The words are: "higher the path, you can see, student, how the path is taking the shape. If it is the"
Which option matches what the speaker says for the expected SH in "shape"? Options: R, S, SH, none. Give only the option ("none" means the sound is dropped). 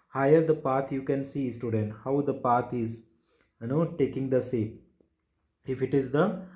S